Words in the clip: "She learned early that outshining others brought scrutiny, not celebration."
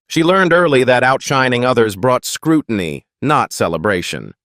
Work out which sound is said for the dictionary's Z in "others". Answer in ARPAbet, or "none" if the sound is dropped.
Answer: Z